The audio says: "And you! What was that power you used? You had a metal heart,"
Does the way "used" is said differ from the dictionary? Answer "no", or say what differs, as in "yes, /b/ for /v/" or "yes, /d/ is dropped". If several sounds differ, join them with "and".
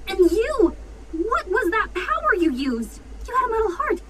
no